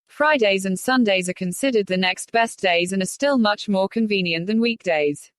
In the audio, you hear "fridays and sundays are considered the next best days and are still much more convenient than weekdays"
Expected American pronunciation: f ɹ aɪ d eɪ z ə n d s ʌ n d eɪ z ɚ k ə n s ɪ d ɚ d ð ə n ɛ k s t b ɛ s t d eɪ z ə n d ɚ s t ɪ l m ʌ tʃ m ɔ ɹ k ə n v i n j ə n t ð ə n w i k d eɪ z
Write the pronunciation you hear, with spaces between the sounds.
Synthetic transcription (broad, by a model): f ɹ aɪ d eɪ z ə n s ʌ n d eɪ z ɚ k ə n s ɪ d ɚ d ð ə n ɛ k s t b ɛ s d eɪ z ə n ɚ s t ɪ l m ʌ tʃ m ɔ k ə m v i n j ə n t ð ə n w i k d eɪ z